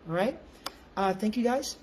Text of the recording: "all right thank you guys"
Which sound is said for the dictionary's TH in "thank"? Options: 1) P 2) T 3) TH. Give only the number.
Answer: 3